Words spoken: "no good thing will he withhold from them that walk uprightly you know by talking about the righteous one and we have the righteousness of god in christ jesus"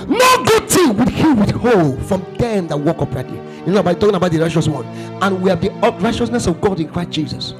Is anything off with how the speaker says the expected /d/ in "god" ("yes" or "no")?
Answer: no